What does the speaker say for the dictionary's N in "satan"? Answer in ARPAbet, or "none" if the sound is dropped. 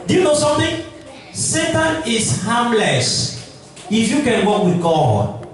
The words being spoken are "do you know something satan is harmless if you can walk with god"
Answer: N